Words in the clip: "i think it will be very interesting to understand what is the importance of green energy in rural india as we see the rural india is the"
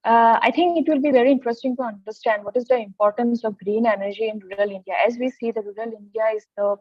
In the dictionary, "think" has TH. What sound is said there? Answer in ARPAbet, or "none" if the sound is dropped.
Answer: T